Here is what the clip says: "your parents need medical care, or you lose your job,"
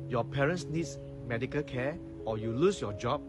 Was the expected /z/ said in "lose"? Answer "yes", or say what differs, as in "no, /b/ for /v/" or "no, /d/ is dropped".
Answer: no, /s/ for /z/